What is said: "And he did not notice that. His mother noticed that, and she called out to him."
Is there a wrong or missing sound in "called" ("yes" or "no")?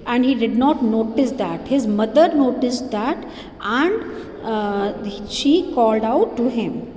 no